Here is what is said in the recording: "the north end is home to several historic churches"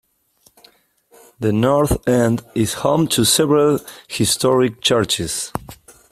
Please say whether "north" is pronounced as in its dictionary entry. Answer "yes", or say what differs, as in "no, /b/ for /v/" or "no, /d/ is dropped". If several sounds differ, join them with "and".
yes